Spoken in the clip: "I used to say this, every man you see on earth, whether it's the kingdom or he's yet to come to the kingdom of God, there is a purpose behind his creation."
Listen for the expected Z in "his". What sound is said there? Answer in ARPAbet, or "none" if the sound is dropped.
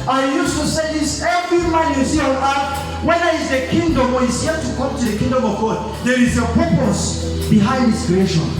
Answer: S